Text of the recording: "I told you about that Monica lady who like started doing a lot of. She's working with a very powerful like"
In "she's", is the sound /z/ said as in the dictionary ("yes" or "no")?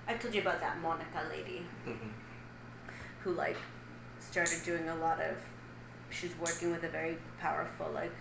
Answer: yes